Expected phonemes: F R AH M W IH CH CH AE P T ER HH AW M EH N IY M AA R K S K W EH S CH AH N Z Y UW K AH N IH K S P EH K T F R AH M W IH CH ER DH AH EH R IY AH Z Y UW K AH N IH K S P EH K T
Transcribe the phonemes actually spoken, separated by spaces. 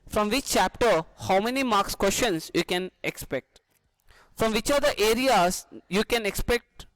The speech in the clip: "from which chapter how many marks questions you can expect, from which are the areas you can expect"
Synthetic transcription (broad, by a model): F R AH M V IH CH CH AE P T ER HH AW M EH N IY M AA R K S K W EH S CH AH N S Y UW K AH N IH K S P EH K T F R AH M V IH CH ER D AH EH R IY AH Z Y UW K AH N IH K S P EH K T